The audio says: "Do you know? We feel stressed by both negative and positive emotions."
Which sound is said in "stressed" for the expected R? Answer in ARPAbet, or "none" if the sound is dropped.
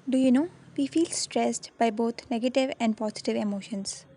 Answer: R